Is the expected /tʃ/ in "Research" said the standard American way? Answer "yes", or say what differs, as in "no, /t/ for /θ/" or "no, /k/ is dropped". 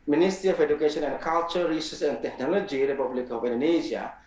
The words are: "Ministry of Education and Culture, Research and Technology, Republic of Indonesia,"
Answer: no, /s/ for /tʃ/